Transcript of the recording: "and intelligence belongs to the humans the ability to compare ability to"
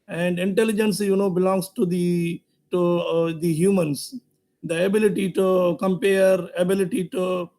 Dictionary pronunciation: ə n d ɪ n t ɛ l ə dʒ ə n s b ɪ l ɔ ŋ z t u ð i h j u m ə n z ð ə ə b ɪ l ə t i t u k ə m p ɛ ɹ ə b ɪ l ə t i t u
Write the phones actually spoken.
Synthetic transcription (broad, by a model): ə n d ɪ n t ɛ l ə dʒ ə n s b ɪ l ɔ ŋ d t u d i h j u m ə n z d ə ə b ɪ l ə t i t u k ə m p ɛ ɹ ə b ɪ l ə t i t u